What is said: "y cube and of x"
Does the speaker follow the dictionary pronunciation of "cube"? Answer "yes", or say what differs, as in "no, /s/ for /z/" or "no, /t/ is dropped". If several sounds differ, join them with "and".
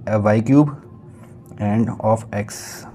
yes